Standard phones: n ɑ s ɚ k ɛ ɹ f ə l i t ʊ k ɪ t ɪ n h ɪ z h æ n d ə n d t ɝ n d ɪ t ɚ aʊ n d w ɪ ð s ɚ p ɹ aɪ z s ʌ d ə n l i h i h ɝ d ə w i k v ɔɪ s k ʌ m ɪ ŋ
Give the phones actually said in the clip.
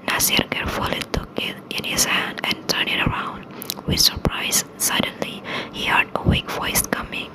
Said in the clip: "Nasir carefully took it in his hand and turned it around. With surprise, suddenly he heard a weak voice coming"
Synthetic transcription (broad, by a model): n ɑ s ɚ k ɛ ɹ f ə l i t ʊ k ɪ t ɪ n h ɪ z h æ n d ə n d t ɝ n ɪ t ɚ aʊ n d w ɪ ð s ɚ p ɹ aɪ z s ʌ d ə n l i h i h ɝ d ə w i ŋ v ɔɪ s k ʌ m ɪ ŋ